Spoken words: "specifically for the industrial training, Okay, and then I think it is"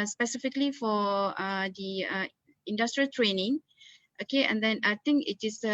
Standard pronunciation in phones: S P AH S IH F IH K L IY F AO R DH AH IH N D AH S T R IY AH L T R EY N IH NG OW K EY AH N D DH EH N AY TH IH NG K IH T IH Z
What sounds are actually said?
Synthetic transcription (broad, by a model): S P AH S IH F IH K L IY F AO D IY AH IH N D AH S T R IY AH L T R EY N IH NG OW K EY AH N D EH N AY T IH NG K IH T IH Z